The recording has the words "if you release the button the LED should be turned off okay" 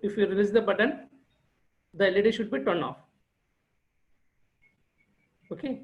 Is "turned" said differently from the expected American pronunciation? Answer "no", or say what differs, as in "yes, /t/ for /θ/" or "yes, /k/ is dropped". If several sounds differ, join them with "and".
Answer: yes, /d/ is dropped